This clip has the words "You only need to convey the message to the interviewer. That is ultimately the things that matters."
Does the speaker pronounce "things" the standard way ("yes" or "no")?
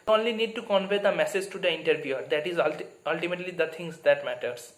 no